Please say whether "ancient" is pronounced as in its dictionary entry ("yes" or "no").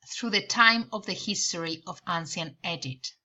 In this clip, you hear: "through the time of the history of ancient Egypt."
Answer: no